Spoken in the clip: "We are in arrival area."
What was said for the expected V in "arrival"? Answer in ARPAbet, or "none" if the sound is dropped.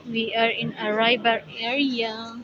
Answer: B